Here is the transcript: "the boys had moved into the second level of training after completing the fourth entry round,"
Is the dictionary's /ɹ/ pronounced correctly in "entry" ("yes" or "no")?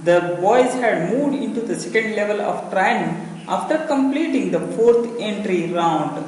yes